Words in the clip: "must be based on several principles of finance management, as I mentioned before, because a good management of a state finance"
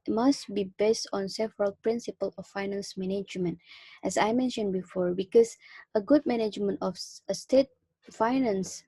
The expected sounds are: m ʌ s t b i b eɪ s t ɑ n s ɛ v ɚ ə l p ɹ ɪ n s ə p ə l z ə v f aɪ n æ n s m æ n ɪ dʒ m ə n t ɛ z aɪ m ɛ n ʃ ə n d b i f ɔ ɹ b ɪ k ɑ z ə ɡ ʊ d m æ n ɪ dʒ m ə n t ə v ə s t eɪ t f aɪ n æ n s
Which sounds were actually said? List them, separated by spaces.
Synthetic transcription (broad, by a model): m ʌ s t b i b eɪ s t ɑ n s ɛ v ɚ ə l p ɹ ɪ n s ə p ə l ə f aɪ n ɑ n s m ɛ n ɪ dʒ m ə n t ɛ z aɪ m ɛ n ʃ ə n b i f ɔ ɹ b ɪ k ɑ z ə ɡ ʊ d m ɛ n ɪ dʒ m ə n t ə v ə s t eɪ t f aɪ n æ n s